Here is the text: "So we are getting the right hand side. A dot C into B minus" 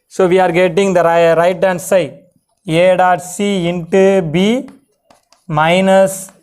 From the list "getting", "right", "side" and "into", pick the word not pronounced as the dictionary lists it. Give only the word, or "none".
side